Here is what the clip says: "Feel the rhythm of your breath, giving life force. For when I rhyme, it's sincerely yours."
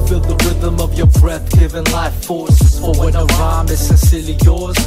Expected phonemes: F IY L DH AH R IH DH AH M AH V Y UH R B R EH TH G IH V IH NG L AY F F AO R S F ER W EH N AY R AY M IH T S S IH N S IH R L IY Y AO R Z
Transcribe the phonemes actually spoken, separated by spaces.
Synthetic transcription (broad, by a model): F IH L DH AH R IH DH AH M AH V Y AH R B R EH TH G IH V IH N L AY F F AO R S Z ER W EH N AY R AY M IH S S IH S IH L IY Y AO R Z